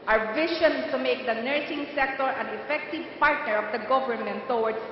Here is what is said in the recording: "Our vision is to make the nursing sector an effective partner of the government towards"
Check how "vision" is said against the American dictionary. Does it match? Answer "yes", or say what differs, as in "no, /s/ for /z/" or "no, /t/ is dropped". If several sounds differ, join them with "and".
no, /ʃ/ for /ʒ/